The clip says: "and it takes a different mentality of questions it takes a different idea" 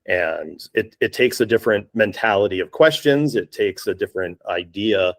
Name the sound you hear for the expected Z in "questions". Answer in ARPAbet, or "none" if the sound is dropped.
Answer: Z